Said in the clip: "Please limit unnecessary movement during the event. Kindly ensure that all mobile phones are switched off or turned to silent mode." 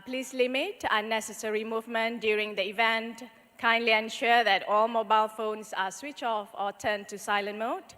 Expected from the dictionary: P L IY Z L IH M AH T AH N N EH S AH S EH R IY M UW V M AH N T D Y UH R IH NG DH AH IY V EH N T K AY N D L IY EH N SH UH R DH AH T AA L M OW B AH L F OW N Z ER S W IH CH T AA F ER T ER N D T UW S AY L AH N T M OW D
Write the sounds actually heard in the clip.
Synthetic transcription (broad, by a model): P L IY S L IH M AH T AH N N EH S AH S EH R IY M UW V M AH N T D Y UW R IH NG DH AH IY V EH N T K AY N D L IY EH N SH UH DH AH T AA L M OW B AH L F OW N S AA S W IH CH AA F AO T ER N T UW S AY L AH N M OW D